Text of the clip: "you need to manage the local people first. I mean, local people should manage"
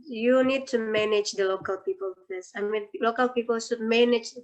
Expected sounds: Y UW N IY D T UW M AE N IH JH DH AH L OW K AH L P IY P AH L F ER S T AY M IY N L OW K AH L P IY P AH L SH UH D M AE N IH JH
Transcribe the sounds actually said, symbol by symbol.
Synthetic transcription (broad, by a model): Y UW N IY D T UW M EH N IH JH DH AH L OW K AH L P IY P AH L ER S AY M IY N L OW K AH L P IY P AH L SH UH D M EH N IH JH